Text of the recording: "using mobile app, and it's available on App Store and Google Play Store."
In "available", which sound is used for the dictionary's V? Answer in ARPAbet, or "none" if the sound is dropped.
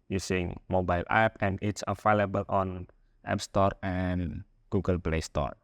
F